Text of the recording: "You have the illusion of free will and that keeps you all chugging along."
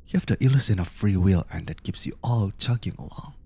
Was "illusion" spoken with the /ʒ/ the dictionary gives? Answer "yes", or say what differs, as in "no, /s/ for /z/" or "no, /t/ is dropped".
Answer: no, /s/ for /ʒ/